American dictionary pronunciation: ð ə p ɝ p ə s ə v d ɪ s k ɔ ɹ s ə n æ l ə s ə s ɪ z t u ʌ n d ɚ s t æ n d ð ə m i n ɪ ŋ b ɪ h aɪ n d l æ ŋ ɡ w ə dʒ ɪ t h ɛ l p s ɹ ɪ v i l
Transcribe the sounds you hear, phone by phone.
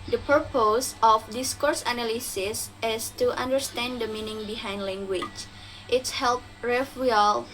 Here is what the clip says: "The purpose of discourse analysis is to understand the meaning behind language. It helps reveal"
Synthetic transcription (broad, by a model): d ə p ɝ p ə s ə f d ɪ s k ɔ ɹ s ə n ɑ l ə s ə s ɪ s t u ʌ n d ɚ s t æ n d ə m i n ɪ ŋ b ɪ h aɪ n d l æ ŋ ɡ w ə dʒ ɪ t h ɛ l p ɹ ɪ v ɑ l